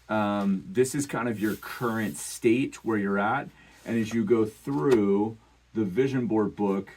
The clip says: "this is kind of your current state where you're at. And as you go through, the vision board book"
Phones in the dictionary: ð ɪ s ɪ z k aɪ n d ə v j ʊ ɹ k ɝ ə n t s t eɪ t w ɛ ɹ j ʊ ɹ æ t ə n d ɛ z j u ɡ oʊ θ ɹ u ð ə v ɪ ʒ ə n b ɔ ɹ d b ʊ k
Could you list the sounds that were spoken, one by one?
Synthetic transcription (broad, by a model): ð ɪ s ɪ z k aɪ n d ə v j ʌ ɹ k ɝ ə n t s t eɪ t w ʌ ɹ j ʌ ɹ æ t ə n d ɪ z j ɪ ɡ oʊ θ ɹ u ð ə v ɪ ʒ ə n b ɔ ɹ d b ʊ k